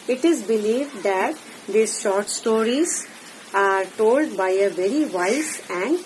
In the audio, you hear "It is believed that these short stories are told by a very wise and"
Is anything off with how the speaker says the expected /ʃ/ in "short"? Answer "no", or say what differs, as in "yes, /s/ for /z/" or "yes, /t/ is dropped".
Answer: no